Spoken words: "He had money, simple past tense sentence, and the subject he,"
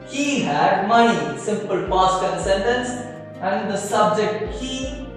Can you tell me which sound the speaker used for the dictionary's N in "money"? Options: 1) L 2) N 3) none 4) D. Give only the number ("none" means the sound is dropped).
3